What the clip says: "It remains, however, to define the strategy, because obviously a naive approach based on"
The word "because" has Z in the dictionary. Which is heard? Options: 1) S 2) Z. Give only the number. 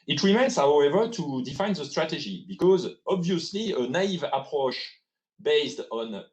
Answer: 2